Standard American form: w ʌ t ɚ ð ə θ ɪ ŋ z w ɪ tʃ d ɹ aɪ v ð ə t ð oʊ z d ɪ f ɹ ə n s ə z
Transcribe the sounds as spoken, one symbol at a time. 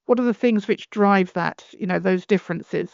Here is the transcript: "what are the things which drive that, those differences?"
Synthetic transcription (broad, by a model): w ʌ t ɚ ð ə θ ɪ ŋ z w ɪ tʃ d ɹ aɪ v ð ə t ð oʊ z d ɪ f ɹ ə n s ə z